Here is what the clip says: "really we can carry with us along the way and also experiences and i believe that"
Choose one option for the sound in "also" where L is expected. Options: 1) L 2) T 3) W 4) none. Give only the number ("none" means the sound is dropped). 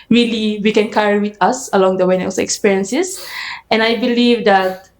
4